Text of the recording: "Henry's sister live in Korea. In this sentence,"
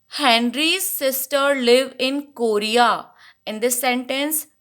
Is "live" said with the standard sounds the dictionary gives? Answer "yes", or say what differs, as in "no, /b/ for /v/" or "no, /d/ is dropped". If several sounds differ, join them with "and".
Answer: yes